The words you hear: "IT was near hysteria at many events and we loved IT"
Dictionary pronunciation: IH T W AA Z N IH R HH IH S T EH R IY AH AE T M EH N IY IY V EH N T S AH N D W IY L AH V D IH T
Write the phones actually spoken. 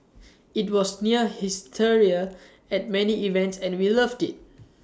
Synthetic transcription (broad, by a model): IH T W AA S N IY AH HH IH S T EH R IY AH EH T M EH N IY IY V EH N T S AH N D W IY L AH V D IH T